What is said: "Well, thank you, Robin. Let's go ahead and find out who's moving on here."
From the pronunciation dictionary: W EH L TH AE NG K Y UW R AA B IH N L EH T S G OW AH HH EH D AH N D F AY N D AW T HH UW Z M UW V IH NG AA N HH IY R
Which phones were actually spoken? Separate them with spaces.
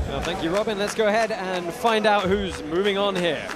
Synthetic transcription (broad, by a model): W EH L TH AE NG K Y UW R AA B IH N L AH T S G OW AH HH EH D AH N F AY N D AW T HH UW Z M UW V IH NG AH N HH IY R